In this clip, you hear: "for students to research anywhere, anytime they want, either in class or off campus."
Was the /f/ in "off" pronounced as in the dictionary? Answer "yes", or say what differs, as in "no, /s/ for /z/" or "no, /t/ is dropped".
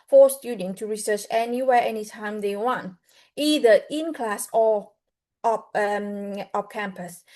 no, /p/ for /f/